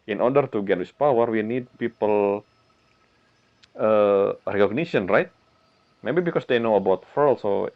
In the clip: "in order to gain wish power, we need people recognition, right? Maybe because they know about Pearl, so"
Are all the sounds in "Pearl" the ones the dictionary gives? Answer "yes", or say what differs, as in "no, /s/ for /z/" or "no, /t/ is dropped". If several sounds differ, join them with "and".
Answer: no, /f/ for /p/